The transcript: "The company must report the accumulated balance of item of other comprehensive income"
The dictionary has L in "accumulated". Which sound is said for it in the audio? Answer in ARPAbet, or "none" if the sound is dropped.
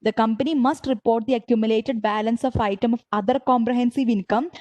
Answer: L